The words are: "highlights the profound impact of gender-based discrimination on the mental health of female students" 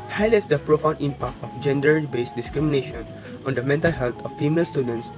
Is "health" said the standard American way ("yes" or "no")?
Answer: no